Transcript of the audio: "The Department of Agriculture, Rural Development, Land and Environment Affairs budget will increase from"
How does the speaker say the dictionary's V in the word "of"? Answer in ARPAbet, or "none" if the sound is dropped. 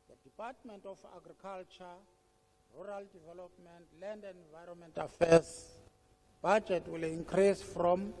F